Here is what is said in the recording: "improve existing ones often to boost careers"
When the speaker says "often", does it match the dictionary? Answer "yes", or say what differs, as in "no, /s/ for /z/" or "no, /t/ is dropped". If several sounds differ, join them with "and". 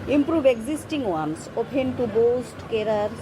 no, /p/ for /f/